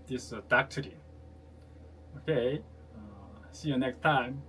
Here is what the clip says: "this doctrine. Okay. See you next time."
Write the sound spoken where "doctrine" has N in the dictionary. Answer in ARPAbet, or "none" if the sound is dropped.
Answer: none